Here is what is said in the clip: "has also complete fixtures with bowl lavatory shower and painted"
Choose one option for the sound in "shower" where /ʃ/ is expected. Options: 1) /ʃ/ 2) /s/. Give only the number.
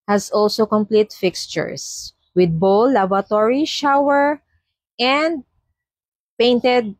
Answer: 1